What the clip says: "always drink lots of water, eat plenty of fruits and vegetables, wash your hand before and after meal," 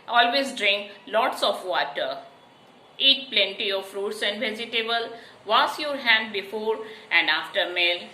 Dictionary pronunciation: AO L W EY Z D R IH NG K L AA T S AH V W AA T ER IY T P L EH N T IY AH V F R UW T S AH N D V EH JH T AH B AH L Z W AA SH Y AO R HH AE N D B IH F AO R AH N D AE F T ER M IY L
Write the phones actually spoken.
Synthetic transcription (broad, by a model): AO L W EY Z D R IH NG K L AA T S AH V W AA T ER IY T P L EH N T IY AH V F R UW T S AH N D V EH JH T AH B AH L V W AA S Y AO R HH AE N D B IH F AO R AH N D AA F T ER M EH L